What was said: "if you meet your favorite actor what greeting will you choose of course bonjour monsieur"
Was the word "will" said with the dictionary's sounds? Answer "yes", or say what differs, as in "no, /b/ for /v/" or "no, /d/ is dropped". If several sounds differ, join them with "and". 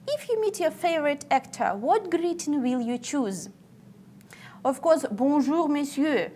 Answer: yes